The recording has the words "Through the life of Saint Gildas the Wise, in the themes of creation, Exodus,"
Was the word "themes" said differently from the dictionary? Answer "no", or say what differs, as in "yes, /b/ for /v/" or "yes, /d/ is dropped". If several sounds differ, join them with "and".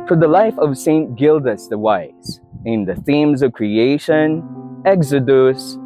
no